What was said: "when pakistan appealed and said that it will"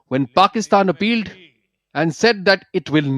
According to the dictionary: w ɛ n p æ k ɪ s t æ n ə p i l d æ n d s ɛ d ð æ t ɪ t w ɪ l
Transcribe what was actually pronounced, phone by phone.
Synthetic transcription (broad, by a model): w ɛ n p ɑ k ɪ s t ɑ n ə p i l d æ n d s ɛ d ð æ t ɪ t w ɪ l